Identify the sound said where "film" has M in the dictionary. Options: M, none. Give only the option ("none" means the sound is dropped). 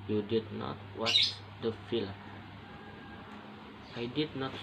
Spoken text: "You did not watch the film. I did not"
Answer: none